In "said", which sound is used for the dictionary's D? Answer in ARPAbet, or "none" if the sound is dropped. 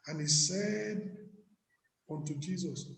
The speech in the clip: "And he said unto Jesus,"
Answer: D